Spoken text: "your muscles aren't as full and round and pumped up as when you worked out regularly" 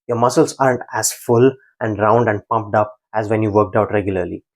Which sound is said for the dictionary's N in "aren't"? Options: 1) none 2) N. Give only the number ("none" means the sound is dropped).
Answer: 2